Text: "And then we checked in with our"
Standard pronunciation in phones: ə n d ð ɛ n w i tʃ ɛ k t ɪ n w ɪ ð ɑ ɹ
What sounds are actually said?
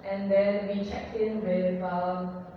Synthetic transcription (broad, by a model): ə n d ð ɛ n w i tʃ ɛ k ɪ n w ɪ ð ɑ